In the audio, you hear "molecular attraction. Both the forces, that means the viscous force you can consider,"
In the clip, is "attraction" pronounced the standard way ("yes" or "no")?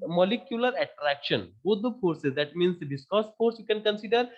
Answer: yes